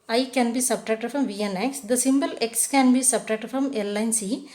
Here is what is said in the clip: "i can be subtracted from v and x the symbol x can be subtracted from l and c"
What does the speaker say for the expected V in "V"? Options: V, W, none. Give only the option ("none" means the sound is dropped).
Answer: V